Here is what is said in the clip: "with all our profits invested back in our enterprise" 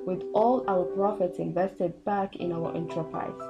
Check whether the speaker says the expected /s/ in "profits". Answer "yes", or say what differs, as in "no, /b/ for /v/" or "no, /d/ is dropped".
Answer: yes